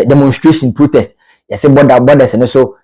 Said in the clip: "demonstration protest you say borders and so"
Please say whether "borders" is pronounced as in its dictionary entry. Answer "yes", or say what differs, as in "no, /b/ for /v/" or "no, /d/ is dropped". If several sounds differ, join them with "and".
no, /s/ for /z/